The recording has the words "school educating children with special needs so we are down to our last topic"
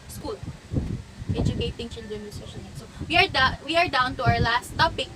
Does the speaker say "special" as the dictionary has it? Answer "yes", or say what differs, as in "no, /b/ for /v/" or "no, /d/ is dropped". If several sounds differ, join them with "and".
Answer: no, /p/ is dropped